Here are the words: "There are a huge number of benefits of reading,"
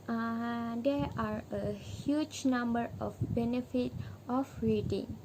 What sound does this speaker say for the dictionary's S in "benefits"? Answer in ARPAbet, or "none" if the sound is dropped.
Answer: none